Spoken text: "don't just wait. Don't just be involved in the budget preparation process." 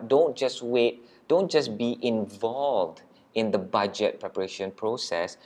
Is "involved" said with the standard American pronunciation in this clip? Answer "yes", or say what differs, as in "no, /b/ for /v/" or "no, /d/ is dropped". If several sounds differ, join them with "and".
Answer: yes